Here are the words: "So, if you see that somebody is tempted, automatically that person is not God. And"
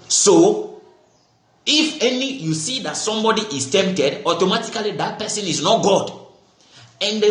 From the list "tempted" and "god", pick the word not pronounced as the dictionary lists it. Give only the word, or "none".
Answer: none